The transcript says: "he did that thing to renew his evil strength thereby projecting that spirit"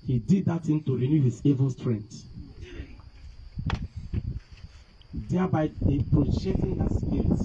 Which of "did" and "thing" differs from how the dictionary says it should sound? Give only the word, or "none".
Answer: thing